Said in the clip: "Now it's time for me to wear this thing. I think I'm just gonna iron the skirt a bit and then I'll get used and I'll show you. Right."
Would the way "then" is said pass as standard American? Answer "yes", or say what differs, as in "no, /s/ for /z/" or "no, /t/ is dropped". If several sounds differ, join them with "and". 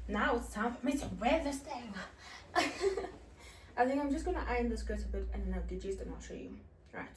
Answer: no, /n/ is dropped